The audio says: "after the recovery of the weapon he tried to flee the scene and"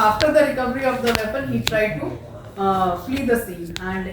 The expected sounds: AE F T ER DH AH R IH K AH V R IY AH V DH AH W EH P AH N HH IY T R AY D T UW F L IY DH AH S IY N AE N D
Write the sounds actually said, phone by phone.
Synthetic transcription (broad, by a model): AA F T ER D AH R IH K AH V R IY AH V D AH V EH P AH N HH IY T R AY D T UW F L IY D AH S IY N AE N D